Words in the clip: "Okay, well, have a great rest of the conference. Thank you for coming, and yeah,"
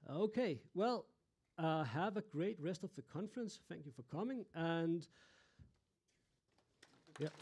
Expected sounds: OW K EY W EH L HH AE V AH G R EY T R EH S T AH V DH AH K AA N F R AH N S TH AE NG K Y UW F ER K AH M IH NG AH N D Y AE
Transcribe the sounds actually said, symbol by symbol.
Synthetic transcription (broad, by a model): OW K EY W EH L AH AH V AH G R EY T R EH S T AH V DH AH K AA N F R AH N S TH AE NG K Y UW F ER K AH M IH NG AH N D Y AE